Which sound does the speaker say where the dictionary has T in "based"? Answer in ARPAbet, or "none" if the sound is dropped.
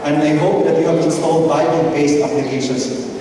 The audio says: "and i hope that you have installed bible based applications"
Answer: none